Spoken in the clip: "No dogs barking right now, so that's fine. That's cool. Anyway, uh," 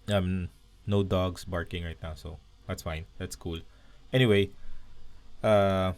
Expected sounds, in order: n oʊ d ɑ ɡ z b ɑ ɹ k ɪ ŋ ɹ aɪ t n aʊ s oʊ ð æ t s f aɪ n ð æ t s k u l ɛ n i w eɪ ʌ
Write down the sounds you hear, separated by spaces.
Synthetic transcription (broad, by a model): n oʊ d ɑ ɡ s b ɑ ɹ k ɪ ŋ ɹ aɪ t n aʊ s oʊ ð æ t s f aɪ n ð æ t s k u l ɛ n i w eɪ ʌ